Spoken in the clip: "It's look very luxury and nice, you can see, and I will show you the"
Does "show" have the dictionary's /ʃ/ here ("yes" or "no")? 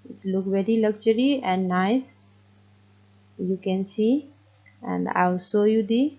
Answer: no